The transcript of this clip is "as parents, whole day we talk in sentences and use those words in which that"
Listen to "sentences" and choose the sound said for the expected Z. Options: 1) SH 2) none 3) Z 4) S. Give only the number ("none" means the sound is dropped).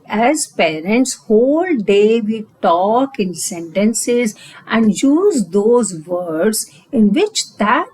3